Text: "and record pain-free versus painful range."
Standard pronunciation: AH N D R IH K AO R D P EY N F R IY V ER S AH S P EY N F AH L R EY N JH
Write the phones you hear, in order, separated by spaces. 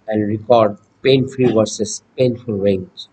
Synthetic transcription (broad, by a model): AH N D R IH K AO R D P EY N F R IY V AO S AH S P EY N F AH L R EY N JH